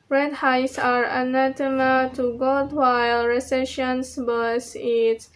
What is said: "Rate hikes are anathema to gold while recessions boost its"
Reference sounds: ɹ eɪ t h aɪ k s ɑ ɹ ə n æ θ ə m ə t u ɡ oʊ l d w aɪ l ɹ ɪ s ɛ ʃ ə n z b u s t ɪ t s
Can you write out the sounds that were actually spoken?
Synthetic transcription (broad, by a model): ɹ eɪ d h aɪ s ɑ ɹ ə n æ t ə m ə t u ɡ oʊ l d w aɪ l ɹ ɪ s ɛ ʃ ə n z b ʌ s ɪ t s